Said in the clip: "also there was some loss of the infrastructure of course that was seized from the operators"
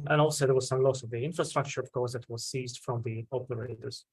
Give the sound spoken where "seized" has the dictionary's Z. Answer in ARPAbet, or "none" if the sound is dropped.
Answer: Z